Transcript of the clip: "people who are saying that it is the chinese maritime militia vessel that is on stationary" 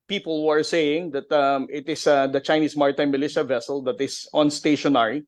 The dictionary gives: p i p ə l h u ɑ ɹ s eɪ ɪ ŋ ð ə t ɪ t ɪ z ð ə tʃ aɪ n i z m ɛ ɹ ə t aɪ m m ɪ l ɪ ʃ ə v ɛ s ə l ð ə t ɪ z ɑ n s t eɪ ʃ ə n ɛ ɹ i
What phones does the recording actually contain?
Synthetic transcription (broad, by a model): p i p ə l h u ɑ ɹ s eɪ ɪ ŋ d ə t ɪ t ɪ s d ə tʃ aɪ n i s m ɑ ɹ t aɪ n m ɪ l ɪ ʃ ə v ɛ s ə l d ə t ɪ s ɑ n s t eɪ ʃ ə n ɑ ɹ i